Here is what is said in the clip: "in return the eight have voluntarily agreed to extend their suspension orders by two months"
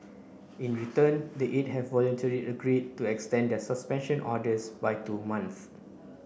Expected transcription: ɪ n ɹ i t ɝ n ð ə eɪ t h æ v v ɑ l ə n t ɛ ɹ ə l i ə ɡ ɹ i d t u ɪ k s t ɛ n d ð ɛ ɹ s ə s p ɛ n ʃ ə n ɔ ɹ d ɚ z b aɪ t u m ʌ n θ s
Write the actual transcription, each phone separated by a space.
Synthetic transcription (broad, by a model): ɪ n ɹ i t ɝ n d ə eɪ t h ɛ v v ɑ l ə n t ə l i ə ɡ ɹ i d t u ɪ k s t ɛ n d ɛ s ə s p ɛ n ʃ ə n ɔ d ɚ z b aɪ t u m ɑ n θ